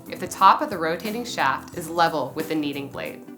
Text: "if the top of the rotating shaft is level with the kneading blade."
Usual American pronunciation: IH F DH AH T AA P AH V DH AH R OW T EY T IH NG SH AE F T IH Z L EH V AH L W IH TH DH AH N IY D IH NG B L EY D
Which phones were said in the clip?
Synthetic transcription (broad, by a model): IH F DH AH T AA P AH V DH AH R OW T EY T IH NG SH AE F T IH Z L EH V L W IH DH AH N IY D IH NG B L EY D